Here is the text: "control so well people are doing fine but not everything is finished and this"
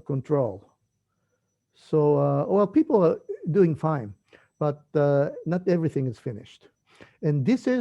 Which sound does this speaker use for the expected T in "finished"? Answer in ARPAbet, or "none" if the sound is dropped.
T